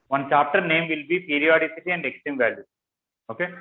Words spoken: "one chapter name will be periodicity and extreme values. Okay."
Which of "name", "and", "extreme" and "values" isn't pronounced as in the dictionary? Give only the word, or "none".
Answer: values